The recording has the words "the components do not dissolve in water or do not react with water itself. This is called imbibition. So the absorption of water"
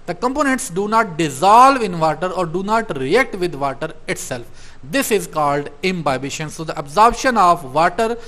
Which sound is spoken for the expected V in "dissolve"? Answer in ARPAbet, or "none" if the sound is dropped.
V